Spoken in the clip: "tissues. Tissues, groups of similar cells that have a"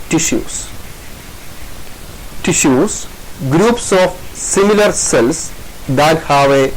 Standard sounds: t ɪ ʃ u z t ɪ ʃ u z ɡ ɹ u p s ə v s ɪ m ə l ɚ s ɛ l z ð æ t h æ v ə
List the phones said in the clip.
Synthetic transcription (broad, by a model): t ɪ ʃ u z t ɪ ʃ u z ɡ ɹ u p s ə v s ɪ m ə l ɚ s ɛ l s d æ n h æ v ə